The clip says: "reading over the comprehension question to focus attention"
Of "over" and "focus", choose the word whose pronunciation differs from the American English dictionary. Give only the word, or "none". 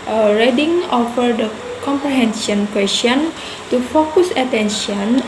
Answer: over